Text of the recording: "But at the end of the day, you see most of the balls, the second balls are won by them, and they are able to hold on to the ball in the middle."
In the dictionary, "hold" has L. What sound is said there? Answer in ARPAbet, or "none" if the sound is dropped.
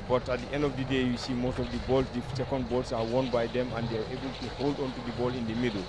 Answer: L